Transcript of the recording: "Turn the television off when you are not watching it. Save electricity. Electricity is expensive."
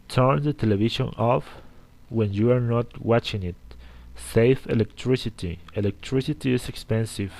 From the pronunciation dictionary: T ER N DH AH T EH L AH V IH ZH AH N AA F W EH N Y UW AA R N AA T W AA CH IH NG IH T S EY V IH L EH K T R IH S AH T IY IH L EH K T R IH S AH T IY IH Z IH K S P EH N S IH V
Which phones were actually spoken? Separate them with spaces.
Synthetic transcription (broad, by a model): T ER N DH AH T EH L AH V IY SH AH N AA F W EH N Y UW AA R N AA T W AA CH IH NG IH T S EY F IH L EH K T R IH S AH T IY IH L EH K T R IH S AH T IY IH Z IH K S P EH N S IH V